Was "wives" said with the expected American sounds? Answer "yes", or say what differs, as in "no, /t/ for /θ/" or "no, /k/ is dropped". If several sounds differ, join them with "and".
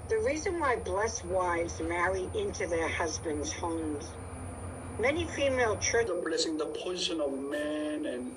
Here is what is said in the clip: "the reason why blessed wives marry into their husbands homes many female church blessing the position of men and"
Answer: yes